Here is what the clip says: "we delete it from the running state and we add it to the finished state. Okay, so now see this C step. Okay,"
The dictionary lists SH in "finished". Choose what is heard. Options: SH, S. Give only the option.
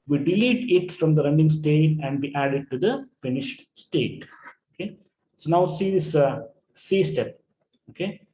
SH